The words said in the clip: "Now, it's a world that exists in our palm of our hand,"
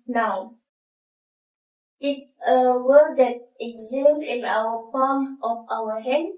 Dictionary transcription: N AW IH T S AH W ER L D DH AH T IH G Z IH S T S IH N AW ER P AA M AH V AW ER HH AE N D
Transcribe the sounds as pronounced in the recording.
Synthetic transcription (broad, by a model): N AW IH T S AH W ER D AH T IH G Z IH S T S IH N AW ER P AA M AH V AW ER HH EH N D